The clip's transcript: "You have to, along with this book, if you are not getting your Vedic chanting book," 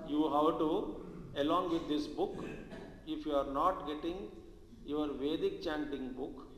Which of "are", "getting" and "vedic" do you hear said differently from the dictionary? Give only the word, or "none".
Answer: none